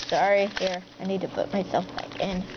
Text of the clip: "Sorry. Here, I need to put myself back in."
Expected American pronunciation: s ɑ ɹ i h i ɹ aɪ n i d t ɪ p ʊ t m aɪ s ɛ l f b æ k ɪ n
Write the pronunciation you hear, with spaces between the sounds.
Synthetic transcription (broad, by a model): s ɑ ɹ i h i ɹ aɪ n i d t ɪ p ʊ t m aɪ s ɛ l f b æ k ɪ n